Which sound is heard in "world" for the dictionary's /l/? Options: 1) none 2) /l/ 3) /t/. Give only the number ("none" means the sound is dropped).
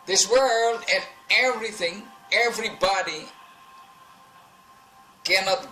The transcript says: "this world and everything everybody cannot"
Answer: 2